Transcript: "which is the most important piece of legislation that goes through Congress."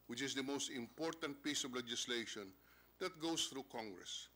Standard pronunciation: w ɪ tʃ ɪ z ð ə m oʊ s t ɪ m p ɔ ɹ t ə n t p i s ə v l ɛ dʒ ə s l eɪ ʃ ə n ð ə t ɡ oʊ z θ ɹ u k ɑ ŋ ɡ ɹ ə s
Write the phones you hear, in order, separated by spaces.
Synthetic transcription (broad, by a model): w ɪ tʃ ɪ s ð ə m oʊ s t ɪ m p ɔ ɹ t ə n t p i s ə v l ɛ dʒ ə s l eɪ ʃ ə n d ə t ɡ oʊ s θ ɹ u k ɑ ŋ ɡ ɹ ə s